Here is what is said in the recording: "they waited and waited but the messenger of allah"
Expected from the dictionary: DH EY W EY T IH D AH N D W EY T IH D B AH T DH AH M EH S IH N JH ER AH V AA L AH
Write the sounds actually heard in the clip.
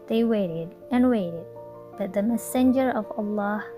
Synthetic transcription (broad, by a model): DH EY W EY T IH D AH N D W EY T IH D B AH T DH AH M EH S IH N JH ER AH V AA L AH